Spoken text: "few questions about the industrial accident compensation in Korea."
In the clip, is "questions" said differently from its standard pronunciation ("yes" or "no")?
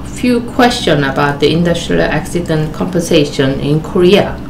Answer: yes